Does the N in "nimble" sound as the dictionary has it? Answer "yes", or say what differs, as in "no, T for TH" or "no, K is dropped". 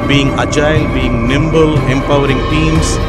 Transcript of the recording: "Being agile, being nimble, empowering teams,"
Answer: yes